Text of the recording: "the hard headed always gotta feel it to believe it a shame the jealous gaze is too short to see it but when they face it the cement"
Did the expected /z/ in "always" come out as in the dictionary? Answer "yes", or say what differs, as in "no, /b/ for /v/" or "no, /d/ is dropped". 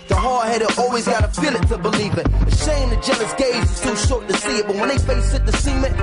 yes